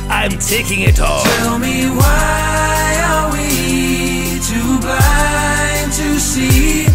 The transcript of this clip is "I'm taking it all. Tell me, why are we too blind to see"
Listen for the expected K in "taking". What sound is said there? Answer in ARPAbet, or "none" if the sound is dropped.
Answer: K